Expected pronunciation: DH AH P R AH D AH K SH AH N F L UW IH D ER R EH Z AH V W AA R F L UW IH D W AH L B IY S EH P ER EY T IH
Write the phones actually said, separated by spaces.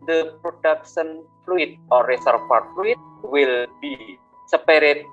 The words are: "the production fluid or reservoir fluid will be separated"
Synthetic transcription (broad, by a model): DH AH P R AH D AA K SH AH N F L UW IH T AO R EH S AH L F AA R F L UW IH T W AH L B IY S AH P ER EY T